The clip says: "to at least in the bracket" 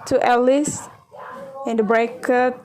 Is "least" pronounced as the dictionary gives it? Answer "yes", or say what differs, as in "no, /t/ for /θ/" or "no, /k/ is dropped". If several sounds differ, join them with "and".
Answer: no, /t/ is dropped